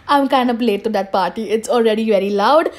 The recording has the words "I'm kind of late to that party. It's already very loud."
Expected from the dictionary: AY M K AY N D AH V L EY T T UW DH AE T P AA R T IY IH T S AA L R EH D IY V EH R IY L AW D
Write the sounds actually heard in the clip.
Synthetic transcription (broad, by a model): AY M K AY N D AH P L EY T T UW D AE T P AA R T IY IH T S AA L R EH D IY V EH R IY L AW D